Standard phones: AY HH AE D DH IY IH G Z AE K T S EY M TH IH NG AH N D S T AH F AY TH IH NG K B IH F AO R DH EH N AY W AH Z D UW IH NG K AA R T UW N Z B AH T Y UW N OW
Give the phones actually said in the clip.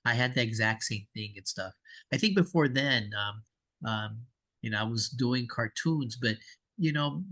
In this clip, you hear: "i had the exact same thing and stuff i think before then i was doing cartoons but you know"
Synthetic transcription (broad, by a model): AY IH D DH IY IH G Z AE K T S EY M TH IH NG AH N S T AH F AY TH IH NG K B IH F AO R DH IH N AY W AH Z D UW IH NG K AA R T UW N Z B AH T Y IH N OW